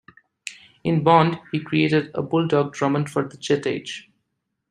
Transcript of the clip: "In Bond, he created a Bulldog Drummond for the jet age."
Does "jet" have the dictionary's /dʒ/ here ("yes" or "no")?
no